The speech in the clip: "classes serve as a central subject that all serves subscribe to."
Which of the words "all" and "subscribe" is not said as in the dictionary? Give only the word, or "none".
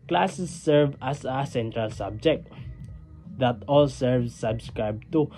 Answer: none